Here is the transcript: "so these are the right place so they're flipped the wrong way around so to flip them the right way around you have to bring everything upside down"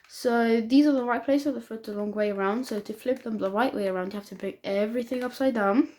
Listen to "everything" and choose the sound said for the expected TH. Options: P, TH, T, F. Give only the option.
TH